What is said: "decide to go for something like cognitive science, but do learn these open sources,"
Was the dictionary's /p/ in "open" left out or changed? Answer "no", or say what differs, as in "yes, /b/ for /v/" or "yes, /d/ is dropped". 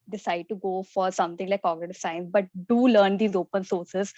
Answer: no